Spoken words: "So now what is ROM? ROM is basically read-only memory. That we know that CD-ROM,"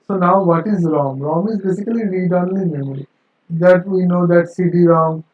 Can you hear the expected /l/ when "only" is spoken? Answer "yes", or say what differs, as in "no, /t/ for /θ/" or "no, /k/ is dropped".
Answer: no, /l/ is dropped